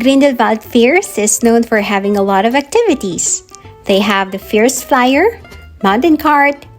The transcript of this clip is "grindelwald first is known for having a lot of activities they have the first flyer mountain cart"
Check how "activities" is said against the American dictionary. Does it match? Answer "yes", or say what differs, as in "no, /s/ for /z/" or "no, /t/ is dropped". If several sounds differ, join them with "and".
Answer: no, /s/ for /z/